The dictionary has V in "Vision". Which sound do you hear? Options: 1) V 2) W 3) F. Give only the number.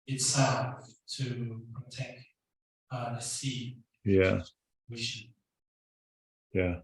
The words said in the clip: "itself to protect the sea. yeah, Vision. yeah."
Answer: 2